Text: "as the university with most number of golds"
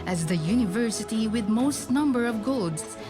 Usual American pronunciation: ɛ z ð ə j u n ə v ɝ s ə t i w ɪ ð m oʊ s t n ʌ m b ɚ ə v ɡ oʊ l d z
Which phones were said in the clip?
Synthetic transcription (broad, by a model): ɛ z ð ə j u n ə v ɝ s ə t i w ɪ ð m oʊ s t n ʌ m b ɚ ə v ɡ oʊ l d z